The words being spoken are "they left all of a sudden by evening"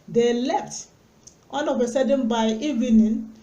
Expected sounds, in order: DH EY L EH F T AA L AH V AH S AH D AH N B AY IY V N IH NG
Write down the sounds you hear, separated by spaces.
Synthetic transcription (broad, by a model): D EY L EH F T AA N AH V AH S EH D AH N B AY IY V N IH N